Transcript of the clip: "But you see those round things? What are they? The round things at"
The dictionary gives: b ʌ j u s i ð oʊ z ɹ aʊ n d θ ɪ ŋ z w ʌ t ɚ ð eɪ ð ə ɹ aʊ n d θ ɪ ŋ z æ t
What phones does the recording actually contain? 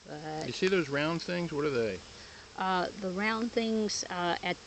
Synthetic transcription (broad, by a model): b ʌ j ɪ s i ð oʊ z ɹ aʊ n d θ ɪ ŋ z w ʌ t ɚ ð eɪ ð ə ɹ aʊ n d θ ɪ ŋ z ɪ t